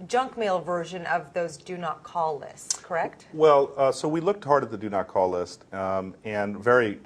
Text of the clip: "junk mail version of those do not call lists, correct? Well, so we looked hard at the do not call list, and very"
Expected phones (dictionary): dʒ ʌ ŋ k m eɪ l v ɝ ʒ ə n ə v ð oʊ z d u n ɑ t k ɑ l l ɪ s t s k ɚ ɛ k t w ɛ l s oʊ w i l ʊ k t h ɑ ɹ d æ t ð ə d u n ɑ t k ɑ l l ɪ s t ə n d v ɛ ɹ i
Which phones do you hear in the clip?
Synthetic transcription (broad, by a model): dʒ ʌ ŋ k m eɪ l v ɝ ʒ ə n ə v ð oʊ z d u n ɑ t k ɑ l l ɪ s t s k ɚ ɛ k t w ɛ l s oʊ w i l ʊ k t h ɑ ɹ d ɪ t ð ə d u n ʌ t k ɑ l l ɪ s t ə n v ɛ ɹ i